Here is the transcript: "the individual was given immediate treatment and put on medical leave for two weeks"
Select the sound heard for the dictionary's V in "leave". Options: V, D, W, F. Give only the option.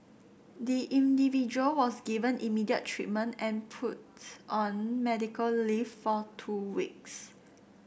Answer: F